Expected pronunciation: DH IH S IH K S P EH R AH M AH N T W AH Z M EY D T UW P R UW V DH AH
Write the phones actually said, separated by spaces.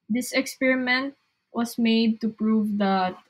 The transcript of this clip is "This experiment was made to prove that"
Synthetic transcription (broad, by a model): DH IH S IH K S P EH R AH M AH N T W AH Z M EY D T UW P R UW V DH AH